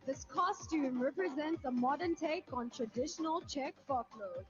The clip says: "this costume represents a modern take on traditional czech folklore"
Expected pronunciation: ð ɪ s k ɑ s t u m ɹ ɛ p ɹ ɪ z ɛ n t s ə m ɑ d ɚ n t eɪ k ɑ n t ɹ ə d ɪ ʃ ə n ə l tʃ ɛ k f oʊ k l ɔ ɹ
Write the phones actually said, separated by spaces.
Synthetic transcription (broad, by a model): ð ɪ s k ɑ s t u m ɹ ɛ p ɹ ɪ z ɛ n t s ə m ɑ d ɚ n t eɪ k ɑ n t ɹ ə d ɪ ʃ ə n ə l tʃ ɛ k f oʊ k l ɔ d